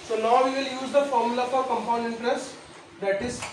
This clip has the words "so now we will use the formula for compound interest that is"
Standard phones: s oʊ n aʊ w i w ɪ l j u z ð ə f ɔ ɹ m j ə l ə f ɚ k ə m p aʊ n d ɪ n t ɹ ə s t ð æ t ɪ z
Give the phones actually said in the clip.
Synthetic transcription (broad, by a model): s oʊ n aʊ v i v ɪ l j u z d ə f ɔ ɹ m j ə l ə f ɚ k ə m p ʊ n ɪ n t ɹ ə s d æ t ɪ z